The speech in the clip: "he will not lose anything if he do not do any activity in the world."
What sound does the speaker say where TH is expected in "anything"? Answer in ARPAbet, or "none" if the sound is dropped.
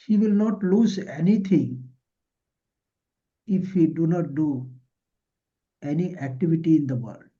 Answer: T